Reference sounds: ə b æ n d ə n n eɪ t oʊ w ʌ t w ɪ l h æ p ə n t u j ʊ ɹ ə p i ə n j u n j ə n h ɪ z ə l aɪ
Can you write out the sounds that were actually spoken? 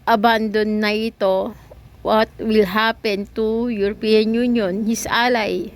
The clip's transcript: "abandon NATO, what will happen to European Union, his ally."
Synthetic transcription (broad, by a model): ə b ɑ n d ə n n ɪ t oʊ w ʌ t w ɪ l h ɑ p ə n t u j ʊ ɹ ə p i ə n j u n j ə n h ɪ s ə l aɪ